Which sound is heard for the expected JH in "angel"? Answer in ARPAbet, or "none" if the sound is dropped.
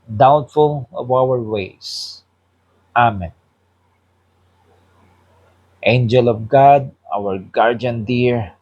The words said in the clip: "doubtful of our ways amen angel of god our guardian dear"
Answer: JH